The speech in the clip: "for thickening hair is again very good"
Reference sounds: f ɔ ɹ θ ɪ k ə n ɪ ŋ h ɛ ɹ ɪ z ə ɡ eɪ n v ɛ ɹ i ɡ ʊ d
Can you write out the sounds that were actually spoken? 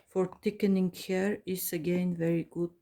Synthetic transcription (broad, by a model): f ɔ ɹ t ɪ k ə n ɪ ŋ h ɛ ɹ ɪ s ə ɡ eɪ n v ɛ ɹ i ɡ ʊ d